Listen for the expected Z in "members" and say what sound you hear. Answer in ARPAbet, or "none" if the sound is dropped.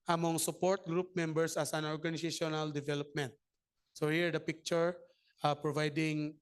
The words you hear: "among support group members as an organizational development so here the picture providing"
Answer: S